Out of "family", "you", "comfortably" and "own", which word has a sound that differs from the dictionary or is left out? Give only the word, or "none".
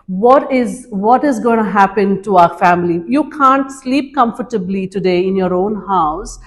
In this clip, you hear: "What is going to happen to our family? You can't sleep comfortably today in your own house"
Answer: none